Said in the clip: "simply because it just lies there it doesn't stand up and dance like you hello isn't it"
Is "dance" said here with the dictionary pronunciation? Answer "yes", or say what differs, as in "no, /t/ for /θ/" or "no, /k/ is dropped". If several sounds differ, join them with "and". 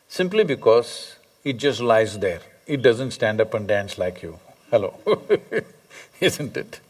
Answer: yes